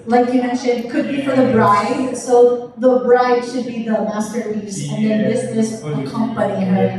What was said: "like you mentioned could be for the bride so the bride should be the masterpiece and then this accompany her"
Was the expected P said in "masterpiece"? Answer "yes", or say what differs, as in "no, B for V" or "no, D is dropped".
no, P is dropped